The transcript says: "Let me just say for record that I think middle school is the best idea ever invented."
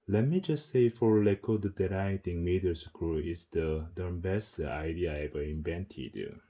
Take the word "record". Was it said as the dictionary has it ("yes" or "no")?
no